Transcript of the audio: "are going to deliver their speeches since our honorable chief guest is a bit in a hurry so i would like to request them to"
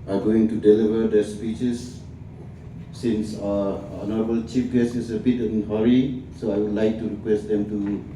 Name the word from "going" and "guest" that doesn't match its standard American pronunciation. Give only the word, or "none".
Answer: guest